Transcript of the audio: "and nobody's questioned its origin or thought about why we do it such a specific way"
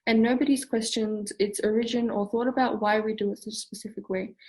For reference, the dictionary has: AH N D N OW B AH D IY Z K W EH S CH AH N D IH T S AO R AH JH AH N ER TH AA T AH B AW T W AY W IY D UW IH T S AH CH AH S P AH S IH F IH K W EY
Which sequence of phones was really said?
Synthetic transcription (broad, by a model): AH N N OW B AH D IY Z K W EH S CH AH N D IH T S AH R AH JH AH N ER TH AA T AH B AW T W AY W IY D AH IH T S AH CH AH S P AH S IH F IH K W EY